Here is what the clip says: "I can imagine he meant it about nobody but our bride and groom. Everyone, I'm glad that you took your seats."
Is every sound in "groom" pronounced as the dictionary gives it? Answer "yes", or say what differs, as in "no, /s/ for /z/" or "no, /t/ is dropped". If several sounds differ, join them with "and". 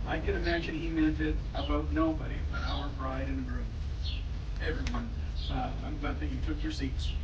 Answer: no, /m/ is dropped